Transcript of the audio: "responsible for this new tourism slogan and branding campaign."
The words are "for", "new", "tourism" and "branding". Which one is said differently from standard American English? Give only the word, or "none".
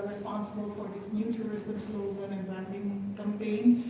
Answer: tourism